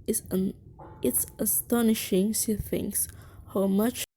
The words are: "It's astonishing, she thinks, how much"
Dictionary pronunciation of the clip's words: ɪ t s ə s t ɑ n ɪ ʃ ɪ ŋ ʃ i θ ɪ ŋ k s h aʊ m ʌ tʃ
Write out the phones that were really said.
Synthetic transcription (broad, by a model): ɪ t s ə s t ɑ n ɪ ʃ ɪ ŋ s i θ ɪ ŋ s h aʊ m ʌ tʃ